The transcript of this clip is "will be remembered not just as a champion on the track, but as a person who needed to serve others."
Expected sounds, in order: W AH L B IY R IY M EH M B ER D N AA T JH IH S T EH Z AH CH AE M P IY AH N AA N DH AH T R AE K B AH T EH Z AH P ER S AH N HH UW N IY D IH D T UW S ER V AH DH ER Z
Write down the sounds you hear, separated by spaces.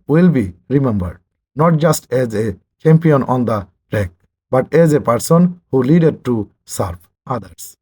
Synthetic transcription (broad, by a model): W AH L B IY R IY M EH M B ER D N AA T JH IH S T EH Z AH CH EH M P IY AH N AA N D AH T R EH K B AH T EH Z AH P ER S AH N HH UW L IY D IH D T UW S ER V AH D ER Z